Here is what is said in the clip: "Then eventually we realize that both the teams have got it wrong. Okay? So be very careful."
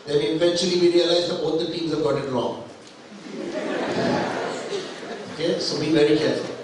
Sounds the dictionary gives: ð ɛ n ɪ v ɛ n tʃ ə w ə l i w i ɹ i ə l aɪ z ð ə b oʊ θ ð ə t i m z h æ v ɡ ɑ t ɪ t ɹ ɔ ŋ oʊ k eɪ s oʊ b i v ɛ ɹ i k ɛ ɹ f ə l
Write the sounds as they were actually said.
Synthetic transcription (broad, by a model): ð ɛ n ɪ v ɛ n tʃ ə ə l i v i ɹ i ə l aɪ z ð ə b oʊ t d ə t i m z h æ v ɡ ɑ t ɪ t l ɔ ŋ oʊ k eɪ s oʊ b i v ɛ ɹ i k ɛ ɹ f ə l